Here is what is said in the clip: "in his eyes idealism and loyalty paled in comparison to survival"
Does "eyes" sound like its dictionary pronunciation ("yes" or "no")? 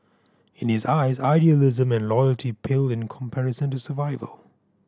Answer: yes